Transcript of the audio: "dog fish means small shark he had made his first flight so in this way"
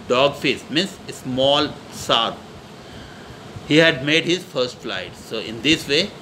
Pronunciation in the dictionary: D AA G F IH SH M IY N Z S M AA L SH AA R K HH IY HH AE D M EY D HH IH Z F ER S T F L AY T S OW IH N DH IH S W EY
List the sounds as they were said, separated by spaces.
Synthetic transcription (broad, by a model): D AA G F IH S M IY N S S M AA L S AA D HH IY HH AE D M EY D HH IH Z F ER S T F L AY T S OW IH N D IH S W EY